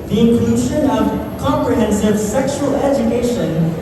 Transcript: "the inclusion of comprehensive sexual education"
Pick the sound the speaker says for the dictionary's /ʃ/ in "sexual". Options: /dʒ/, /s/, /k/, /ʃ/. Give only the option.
/ʃ/